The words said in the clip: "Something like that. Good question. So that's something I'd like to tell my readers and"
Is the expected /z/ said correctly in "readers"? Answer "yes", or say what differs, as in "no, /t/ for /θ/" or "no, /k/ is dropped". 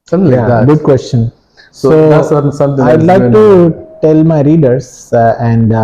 no, /s/ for /z/